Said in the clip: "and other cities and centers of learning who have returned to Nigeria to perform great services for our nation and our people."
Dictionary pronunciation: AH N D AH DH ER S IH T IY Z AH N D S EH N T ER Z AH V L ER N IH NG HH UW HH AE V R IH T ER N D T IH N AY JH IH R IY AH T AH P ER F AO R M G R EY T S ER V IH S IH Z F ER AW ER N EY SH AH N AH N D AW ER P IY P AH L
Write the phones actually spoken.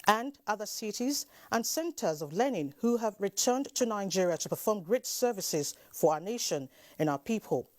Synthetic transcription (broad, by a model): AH N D AH DH ER S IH T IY Z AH N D S EH N T ER Z AH V L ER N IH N HH UW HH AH V R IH T ER N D T IH N AY JH IH R IY AH T AH P ER F AO R M G R EY T S ER V IH S IH Z F ER AW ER N EY SH AH N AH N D AW ER P IY P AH L